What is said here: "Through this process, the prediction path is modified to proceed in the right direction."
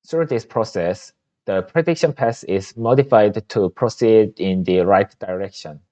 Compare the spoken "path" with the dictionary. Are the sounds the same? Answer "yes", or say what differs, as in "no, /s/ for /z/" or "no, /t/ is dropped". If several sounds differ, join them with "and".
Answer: no, /s/ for /θ/